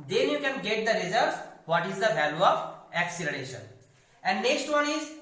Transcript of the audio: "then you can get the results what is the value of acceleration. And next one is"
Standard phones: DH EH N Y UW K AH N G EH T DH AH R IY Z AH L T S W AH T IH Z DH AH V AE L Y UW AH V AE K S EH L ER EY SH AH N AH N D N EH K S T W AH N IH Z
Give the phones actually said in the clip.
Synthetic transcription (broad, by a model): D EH N Y UW K AH N G EH T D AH R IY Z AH T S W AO T IH Z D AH V AE L Y UW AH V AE K S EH L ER EY SH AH N AH N D N EH K S T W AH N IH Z